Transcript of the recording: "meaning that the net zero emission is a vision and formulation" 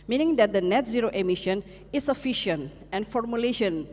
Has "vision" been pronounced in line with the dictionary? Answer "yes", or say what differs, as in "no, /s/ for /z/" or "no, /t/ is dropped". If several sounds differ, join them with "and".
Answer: no, /f/ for /v/ and /ʃ/ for /ʒ/